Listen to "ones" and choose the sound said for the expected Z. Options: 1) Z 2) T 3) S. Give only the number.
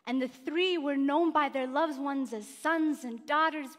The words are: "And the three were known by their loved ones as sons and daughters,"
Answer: 1